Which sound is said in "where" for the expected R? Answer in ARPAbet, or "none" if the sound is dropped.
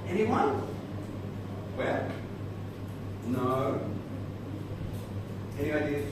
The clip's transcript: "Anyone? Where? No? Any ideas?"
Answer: L